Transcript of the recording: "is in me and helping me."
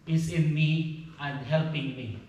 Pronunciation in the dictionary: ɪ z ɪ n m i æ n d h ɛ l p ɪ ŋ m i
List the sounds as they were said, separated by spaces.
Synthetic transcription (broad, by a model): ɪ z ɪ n m i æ n d h ɛ l p ɪ ŋ m i